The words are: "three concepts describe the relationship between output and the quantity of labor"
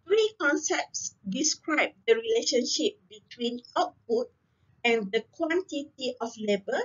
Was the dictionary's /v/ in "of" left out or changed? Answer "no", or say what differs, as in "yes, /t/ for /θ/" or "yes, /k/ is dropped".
yes, /f/ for /v/